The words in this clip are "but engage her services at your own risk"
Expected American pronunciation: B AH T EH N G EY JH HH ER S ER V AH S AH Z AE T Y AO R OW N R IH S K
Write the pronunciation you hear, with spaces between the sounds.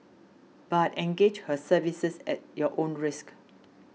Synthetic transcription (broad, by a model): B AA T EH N G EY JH HH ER S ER V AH S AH S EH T Y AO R OW N R IH S K